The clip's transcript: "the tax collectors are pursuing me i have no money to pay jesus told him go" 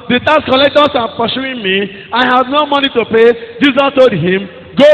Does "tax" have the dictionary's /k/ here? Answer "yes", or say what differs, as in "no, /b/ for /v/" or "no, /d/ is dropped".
no, /k/ is dropped